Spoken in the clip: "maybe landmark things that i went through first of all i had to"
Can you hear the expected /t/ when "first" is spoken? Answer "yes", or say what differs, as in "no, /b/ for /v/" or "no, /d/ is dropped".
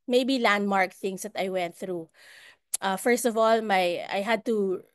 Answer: yes